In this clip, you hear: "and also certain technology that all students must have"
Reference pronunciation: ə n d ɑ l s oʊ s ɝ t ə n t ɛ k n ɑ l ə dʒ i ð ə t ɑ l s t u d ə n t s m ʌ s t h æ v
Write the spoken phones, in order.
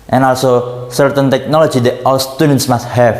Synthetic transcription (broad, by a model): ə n ɑ l s oʊ s ɝ t ə n t ɛ k n ɑ l ə dʒ i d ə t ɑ w s t u d ə n t s m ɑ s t h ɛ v